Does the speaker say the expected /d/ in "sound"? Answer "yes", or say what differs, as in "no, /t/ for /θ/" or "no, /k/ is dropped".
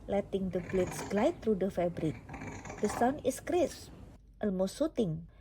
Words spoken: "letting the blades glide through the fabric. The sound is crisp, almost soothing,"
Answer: no, /d/ is dropped